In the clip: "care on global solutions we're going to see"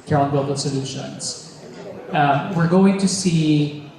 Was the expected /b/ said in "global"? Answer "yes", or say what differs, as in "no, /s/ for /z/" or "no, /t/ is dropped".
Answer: no, /b/ is dropped